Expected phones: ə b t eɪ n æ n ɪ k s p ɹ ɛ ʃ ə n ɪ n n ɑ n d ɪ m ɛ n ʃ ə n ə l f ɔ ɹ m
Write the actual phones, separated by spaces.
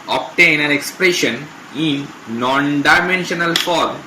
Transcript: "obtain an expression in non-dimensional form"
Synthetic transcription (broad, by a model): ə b t eɪ n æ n ɪ k s p ɹ ɛ ʃ ə n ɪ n n ɑ n d ɪ m ɛ n ʃ ə n ə l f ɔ ɹ m